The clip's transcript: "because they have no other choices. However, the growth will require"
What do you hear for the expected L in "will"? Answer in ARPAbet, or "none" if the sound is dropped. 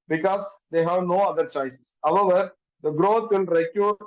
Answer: N